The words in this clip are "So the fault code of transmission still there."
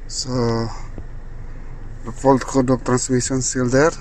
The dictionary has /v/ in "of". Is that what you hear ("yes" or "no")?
no